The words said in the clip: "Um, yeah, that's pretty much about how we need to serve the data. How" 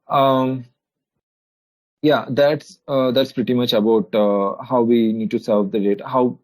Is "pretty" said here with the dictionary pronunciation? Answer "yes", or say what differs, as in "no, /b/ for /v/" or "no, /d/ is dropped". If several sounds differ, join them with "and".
yes